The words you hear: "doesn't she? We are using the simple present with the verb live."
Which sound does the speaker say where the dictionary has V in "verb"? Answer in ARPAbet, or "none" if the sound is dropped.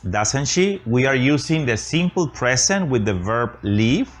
V